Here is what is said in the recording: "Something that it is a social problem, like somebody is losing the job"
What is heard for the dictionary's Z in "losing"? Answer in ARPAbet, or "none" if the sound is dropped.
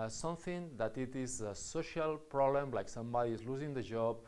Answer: Z